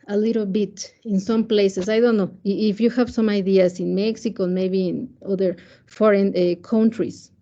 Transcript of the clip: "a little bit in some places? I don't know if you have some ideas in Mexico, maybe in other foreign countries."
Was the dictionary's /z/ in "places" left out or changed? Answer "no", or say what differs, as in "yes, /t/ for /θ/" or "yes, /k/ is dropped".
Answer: yes, /s/ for /z/